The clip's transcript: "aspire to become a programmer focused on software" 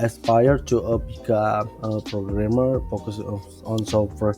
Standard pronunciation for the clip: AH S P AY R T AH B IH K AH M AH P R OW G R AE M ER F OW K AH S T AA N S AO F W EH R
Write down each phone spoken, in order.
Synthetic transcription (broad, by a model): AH S P AY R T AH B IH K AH AH P R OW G R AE M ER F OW K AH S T AA N S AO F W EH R